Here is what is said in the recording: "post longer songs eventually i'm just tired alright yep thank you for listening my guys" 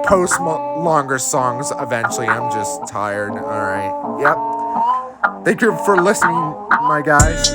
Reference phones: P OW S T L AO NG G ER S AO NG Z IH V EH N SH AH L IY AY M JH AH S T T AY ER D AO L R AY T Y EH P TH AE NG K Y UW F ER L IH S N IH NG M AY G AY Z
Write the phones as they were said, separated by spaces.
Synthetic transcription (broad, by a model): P OW S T L AO NG G ER S AO NG Z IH V EH N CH L IY AY M JH AH S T T AY ER D AO L R AY T Y EH P TH AE NG K Y UW F ER L IH S N IH NG M AY G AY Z